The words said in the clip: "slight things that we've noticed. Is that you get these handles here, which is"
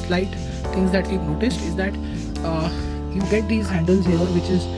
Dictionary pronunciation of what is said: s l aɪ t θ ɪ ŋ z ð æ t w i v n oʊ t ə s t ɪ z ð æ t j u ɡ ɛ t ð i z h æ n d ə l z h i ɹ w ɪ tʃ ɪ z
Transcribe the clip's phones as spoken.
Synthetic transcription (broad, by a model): l aɪ t t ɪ ŋ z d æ t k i p n oʊ t ə s t ɪ z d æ t j u ɡ ɛ t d i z h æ n d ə l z h i ɹ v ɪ tʃ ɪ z